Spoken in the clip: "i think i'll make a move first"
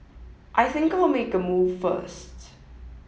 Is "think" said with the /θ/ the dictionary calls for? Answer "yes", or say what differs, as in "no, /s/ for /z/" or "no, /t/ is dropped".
yes